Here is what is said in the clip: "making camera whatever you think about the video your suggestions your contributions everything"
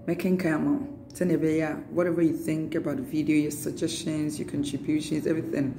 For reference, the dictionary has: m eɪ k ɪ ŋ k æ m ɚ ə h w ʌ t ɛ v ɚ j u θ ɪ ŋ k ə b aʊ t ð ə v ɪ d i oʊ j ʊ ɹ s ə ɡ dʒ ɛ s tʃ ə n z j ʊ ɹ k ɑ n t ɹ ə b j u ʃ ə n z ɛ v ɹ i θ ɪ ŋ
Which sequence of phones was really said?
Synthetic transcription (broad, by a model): m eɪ k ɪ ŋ k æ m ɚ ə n w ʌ t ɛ v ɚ j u θ ɪ ŋ k ə b aʊ t v ɪ d i oʊ j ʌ ɹ s ə ɡ dʒ ɛ s tʃ ə n z j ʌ ɹ k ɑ n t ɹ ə b j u ʃ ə n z ɛ v ɹ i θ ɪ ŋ